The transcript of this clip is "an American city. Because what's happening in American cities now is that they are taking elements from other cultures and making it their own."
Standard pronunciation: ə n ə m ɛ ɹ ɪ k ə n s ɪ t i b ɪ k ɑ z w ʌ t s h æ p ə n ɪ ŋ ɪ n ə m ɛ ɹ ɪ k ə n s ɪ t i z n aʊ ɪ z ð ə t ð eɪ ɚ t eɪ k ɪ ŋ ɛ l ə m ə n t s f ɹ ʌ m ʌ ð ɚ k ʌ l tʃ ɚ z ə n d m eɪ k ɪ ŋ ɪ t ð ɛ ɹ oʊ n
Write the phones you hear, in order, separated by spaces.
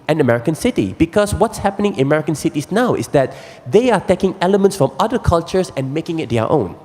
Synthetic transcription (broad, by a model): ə n ə m ɛ ɹ ɪ k ə n s ɪ t i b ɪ k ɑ s w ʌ t s h æ p ə n ɪ ŋ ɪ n ə m ɛ ɹ ɪ k ə n s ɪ t i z n aʊ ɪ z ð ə t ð eɪ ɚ t eɪ k ɪ ŋ ɛ l ə m ə n t s f ɹ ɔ m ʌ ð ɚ k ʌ l tʃ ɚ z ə n m eɪ k ɪ ŋ ɪ t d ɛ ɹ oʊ n